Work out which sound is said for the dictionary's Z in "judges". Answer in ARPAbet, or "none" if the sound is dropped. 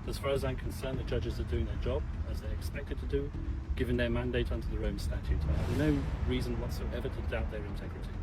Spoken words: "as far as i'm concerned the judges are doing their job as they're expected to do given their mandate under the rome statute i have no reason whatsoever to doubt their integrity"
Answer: Z